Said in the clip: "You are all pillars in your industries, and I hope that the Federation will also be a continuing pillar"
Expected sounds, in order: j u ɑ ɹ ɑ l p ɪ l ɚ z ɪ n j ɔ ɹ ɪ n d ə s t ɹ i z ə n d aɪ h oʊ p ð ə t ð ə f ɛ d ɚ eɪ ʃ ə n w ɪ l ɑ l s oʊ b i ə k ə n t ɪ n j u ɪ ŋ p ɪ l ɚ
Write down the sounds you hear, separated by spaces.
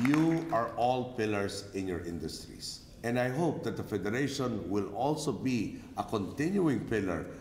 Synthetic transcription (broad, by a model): j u ɑ ɹ ɑ l p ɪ l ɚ s ɪ n j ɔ ɹ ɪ n d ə s t ɹ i s ə n d aɪ h oʊ p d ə t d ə f ɛ d ɚ eɪ ʃ ə n w ɪ l ɑ l s oʊ b i ə k ə n t ɪ n j u ɪ ŋ p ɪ l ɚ